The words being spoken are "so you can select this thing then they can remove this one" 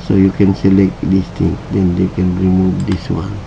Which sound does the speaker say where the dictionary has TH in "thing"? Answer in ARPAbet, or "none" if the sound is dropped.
T